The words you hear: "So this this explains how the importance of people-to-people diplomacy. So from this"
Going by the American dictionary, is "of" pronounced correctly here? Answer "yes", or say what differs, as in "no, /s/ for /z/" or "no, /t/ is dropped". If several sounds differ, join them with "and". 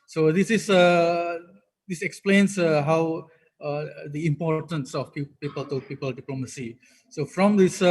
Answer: no, /p/ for /v/